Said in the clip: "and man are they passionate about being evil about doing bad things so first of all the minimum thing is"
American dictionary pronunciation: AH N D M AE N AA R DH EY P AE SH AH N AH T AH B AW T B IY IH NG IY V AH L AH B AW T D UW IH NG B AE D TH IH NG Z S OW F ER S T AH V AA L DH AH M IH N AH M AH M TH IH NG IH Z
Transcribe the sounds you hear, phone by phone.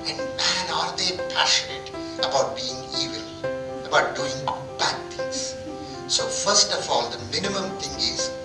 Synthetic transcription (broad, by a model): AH N D M AE N AA R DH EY P AE SH AH N AH T AH B AW T B IY IH NG IY V AH L AH B AW T D UW IH NG B AE D T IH NG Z S OW F ER S T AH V AA L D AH M IH N AH M AH M T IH NG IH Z